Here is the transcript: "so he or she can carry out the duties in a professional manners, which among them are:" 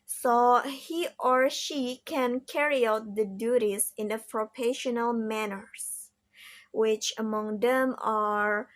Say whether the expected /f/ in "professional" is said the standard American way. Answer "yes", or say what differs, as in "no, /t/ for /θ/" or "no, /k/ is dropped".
no, /p/ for /f/